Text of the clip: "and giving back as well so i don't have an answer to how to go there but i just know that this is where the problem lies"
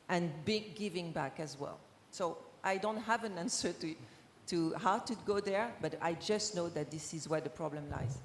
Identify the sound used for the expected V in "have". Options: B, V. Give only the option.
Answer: V